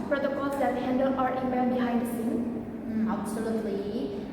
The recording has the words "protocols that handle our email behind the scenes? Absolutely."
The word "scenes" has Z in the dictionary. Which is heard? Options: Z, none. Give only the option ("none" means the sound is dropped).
none